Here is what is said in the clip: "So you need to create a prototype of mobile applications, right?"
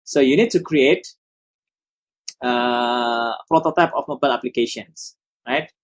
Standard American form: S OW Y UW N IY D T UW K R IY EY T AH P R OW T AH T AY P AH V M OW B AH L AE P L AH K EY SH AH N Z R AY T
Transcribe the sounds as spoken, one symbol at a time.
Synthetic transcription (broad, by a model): S OW Y UW N IY D T UW K R IY EY T AH P R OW T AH T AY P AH F M OW B AH L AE P L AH K EY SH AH N S R AY T